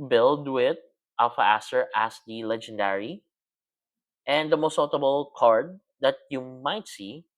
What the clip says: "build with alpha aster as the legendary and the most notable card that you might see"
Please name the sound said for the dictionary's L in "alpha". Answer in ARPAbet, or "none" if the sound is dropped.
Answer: none